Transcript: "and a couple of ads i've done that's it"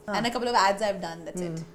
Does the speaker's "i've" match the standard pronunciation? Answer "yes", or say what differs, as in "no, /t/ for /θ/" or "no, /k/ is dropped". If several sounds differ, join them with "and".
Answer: yes